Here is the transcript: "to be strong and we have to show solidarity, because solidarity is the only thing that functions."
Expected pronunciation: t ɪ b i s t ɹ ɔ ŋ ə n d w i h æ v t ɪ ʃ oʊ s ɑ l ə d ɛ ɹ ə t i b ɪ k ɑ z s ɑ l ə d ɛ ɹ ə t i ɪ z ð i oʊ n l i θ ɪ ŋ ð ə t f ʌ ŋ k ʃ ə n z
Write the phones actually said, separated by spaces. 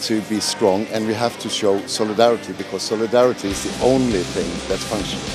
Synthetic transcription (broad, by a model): t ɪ b i s t ɹ ɔ ŋ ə n w i h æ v t ɪ ʃ oʊ s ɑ l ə d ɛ ɹ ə t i b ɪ k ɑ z s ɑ l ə d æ ɹ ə t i ɪ z ð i oʊ n l i θ ɪ ŋ ð ə t f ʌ ŋ k ʃ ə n